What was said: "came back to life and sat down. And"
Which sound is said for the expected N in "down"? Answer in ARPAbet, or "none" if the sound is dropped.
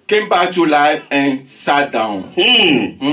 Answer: none